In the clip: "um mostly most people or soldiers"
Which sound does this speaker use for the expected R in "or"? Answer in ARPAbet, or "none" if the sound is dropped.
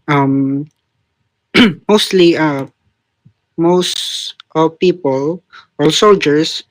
L